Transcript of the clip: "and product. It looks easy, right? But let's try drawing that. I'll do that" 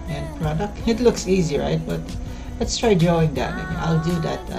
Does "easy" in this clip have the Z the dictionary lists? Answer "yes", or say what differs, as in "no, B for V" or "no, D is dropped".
yes